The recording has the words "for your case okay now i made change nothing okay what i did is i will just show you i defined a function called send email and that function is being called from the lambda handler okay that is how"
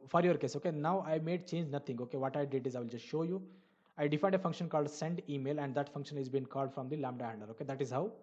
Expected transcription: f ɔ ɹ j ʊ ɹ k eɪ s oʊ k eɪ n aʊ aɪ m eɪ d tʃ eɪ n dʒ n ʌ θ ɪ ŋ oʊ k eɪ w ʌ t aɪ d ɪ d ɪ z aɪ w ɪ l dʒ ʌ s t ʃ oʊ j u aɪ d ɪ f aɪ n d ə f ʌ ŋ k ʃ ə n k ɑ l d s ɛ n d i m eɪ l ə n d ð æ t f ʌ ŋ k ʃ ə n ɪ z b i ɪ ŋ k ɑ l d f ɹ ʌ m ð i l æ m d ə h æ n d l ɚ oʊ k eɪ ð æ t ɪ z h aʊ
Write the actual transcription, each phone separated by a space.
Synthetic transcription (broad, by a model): f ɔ ɹ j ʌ ɹ k eɪ s oʊ k eɪ n aʊ aɪ m eɪ d tʃ eɪ n dʒ n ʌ t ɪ ŋ oʊ k eɪ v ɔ t aɪ d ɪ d ɪ z aɪ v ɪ l dʒ ʌ s t ʃ oʊ j u aɪ d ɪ f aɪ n d ə f ʌ ŋ k ʃ ə n k ɑ l d s ɛ n d i m eɪ l ə n d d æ t f ʌ ŋ k ʃ ə n ɪ z b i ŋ k ɑ l d f ɹ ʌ m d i l æ m d ə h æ n d ɚ oʊ k eɪ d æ t ɪ z h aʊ